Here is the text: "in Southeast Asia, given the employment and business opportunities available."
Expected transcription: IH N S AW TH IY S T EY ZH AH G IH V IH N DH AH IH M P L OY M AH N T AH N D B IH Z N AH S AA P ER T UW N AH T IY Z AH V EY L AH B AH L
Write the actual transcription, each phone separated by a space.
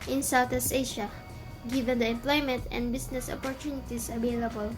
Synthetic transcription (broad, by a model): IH N S AW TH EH S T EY SH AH G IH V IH N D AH IH M P L OY M AH N T AH N D B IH S N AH S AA P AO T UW N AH T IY S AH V EY L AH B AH L